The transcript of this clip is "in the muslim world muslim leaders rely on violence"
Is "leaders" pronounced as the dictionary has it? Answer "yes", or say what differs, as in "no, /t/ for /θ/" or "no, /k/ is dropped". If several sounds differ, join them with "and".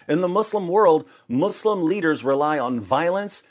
yes